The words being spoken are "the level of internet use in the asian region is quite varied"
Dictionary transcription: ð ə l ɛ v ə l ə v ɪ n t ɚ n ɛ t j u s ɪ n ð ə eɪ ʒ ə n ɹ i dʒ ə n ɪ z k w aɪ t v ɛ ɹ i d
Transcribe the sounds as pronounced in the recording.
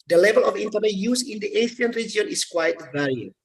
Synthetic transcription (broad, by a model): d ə l ɛ v ə l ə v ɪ n t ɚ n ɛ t j u s ɪ n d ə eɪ s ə n ɹ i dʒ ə n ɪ s k w aɪ t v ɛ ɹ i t